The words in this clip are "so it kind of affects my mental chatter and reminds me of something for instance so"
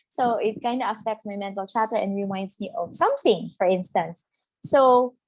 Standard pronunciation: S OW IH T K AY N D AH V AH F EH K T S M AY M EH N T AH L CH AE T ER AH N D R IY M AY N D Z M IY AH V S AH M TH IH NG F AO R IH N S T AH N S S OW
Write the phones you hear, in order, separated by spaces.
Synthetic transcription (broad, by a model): S OW IH T K AY N D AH AH F EH K T S M AY M EH N T AH L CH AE T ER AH N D R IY M AY N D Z M IY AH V S AH M TH IH NG F AO R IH N S T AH N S S OW